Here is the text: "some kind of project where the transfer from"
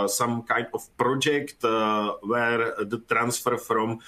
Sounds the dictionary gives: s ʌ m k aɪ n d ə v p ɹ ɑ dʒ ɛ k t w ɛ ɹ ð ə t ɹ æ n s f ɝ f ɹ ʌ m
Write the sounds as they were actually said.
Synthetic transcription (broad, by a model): s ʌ m k aɪ n d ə f p ɹ ɑ dʒ ɛ k t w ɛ ɹ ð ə t ɹ æ n s f ɝ f ɹ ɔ m